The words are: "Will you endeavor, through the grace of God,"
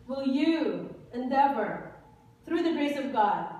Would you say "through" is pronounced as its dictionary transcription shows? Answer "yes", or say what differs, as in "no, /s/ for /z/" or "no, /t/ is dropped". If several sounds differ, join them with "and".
yes